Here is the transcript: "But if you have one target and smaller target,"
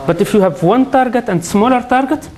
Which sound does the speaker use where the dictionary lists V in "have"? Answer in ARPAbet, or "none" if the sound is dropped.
V